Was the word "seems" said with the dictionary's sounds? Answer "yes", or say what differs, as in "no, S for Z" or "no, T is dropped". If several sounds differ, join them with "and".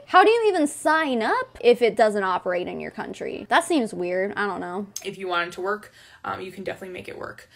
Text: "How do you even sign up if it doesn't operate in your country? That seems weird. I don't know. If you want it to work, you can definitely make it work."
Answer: yes